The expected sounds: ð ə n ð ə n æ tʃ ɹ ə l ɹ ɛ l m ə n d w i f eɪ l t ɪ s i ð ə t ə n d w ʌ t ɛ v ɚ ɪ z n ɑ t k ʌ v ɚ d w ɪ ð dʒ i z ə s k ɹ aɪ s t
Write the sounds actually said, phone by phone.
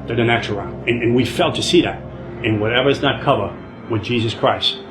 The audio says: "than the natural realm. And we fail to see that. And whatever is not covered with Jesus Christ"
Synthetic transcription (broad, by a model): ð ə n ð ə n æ tʃ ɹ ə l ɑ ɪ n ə n w i f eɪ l t ɪ s i ð ə t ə n w ʌ t ɛ v ɚ ɪ z n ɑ t k ʌ v ɚ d w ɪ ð dʒ i z ə s k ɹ aɪ s t